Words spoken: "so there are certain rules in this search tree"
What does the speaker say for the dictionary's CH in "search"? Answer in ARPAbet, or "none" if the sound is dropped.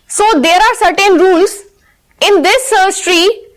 S